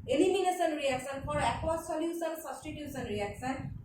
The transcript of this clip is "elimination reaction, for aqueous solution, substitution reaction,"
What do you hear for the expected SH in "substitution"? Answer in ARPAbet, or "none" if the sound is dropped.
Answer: S